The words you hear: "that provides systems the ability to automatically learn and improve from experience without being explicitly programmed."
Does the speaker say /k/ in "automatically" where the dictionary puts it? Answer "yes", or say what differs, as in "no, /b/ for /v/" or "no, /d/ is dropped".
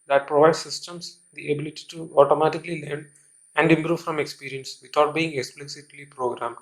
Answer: yes